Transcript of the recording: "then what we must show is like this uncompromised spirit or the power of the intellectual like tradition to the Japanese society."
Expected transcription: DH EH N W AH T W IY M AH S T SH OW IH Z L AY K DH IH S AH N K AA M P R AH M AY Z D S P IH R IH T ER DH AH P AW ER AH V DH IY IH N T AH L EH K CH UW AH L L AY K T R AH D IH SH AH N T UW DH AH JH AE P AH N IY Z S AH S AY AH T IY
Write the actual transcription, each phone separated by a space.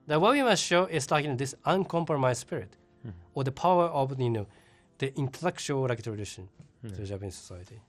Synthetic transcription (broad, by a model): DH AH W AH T W IY M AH S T SH OW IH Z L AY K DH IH S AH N K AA M P R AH M AY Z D S P IH R IH T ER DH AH P AW ER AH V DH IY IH N T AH L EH K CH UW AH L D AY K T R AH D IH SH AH N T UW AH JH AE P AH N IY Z S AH S AY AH T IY